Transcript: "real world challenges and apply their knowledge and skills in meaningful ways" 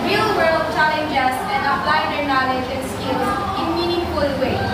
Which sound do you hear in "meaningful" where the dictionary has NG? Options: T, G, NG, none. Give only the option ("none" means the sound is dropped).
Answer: none